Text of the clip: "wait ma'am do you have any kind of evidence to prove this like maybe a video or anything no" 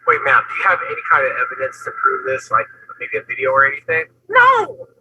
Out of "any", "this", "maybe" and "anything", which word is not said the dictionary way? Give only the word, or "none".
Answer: none